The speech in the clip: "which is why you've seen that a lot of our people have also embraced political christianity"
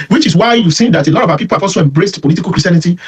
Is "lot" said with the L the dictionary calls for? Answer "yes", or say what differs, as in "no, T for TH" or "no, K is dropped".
yes